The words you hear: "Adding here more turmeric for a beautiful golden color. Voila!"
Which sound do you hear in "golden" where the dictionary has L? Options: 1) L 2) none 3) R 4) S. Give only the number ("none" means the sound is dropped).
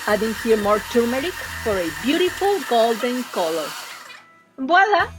1